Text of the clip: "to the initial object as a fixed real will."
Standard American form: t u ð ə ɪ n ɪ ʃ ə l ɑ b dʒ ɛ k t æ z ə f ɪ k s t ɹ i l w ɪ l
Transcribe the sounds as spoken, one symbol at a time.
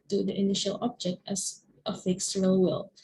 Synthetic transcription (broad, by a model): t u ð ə ɪ n ɪ ʃ ə l ɑ b dʒ ɛ k t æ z ə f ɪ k s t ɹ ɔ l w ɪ l